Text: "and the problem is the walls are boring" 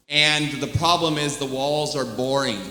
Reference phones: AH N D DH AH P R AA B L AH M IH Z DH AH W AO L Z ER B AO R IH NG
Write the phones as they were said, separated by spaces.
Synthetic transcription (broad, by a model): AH N DH AH P R AA B L AH M IH Z DH AH W AO L Z ER B AO R IH NG